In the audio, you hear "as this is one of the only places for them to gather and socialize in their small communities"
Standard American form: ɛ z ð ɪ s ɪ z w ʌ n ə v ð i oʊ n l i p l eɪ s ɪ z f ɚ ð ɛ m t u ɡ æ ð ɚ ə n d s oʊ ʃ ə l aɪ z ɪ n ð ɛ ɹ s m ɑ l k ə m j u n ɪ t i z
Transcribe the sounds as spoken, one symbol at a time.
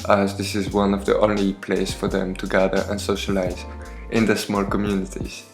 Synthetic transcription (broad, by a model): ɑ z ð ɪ s ɪ z w ʌ n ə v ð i oʊ n l i p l eɪ ɪ s f ɚ ð ɛ m t u ɡ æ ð ɚ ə n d s oʊ ʃ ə l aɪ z ɪ n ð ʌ s m ɑ l k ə m j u n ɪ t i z